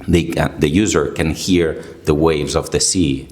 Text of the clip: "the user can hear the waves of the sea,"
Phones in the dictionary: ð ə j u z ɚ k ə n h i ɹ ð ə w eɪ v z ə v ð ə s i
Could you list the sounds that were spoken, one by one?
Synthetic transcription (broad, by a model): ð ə j u z ɚ k ə n h i ɹ ð ə w eɪ v z ə v ð ə s i